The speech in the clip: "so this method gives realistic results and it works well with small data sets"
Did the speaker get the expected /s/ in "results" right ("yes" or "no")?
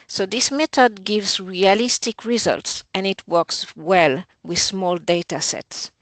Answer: yes